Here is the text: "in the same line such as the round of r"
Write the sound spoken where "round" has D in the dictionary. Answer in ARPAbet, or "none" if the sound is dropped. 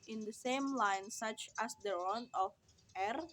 none